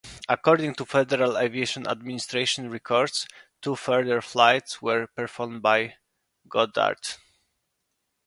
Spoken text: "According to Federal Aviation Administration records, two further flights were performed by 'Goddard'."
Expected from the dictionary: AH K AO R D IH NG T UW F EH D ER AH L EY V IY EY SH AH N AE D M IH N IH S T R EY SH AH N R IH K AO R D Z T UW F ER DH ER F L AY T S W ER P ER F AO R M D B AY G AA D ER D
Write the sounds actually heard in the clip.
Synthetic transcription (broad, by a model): AH K AO R D IH NG T UW F EH D ER AH L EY V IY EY SH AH N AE D M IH N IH S T R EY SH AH N R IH K AO R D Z T UW F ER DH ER F L AY T S W ER P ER F AO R M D B AY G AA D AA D